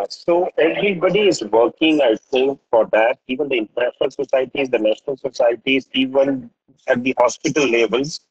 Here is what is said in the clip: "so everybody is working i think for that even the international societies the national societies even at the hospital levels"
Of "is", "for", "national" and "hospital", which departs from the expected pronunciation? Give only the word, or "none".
none